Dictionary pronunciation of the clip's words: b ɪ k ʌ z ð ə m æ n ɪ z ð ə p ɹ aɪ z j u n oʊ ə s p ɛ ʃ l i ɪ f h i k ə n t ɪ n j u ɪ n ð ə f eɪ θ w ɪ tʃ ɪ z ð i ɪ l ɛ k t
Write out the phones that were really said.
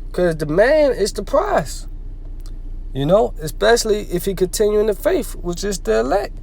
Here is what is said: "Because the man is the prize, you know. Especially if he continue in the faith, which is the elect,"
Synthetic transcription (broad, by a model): k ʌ z ð ə m æ n ɪ z ð ə p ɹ aɪ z j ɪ n oʊ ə s p ɛ ʃ l i ɪ f h i k ə n t ɪ n j u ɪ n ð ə f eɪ f w ɪ tʃ ɪ z ð i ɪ l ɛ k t